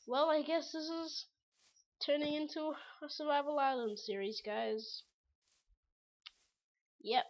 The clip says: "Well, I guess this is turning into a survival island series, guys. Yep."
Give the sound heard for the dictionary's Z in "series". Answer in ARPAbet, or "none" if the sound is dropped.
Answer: Z